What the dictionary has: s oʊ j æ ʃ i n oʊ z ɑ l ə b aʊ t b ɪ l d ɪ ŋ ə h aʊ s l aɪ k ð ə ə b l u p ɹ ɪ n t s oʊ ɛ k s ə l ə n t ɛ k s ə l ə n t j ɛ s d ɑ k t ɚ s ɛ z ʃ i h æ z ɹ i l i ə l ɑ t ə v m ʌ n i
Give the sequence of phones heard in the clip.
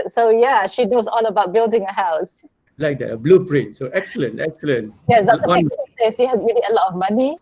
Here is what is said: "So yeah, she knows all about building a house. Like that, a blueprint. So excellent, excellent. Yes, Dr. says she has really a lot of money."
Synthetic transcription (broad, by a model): s oʊ j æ ʃ i n oʊ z ɑ l ə b aʊ t b ɪ l d ɪ ŋ ə h aʊ s l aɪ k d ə ə b l u p ɹ ɪ n t s oʊ ɛ k s ə l ə n t ɛ k s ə l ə n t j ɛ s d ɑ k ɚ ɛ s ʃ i h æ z ɹ i l i ə l ɑ t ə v m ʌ n i